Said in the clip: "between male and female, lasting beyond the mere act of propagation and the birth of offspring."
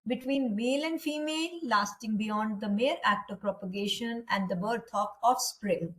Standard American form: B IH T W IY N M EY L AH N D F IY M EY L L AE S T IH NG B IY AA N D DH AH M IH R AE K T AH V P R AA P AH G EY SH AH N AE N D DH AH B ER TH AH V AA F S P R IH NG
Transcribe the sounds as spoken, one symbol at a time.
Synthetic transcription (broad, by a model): B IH T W IY N M EY L AH N D F IY M EY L L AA S T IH NG B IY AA N D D AH M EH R AE K T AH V P R AA P AH G EY SH AH N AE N D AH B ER T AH P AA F S P R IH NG